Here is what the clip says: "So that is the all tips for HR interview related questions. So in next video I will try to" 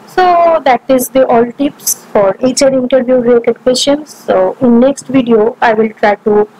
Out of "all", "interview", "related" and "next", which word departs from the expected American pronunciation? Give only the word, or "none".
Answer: related